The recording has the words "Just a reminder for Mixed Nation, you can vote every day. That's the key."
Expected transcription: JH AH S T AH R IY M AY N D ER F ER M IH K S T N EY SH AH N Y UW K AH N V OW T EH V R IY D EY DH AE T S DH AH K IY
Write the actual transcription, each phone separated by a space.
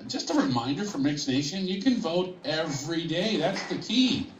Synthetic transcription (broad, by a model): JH AH S T AH R IY M AY N D ER F ER M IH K S N EY SH AH N Y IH K AH N V OW T EH V R IY D EY DH AE T S DH AH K IY